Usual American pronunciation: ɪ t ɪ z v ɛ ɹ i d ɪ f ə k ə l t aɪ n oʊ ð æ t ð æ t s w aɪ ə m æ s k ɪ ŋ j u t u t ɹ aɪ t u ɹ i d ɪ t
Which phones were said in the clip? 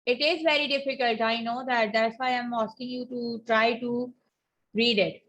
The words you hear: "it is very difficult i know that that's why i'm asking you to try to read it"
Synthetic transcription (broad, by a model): ɪ t ɪ z v ɛ ɹ i d ɪ f ə k ə l t aɪ n oʊ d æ t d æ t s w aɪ ə m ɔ s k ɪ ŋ j u t u t ɹ aɪ t u ɹ i d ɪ t